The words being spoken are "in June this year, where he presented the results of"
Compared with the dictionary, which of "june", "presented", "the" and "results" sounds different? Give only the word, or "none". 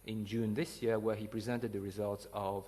none